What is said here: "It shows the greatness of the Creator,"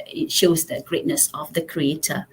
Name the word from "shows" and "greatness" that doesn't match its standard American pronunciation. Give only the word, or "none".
none